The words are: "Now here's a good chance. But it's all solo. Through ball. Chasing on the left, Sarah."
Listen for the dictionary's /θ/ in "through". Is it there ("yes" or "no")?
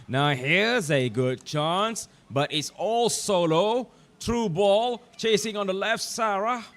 no